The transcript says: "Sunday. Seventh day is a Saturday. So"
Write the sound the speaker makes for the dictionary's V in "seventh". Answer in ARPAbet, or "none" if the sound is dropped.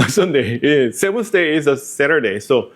W